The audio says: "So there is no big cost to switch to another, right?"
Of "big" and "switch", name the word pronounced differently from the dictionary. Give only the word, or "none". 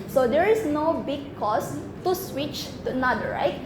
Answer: none